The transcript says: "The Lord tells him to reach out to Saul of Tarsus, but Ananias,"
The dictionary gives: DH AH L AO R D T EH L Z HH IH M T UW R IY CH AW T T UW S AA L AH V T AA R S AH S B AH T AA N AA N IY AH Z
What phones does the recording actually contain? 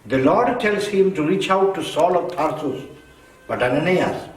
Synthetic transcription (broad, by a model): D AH L AO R D T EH L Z HH IH M T UW R IY CH AW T T UW S AA L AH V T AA R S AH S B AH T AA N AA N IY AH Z